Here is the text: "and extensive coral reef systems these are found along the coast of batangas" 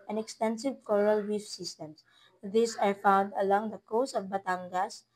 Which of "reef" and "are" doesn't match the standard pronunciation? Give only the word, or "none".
reef